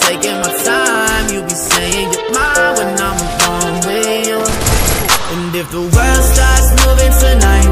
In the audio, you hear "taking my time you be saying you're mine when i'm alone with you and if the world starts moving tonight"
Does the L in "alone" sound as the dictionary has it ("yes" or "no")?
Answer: no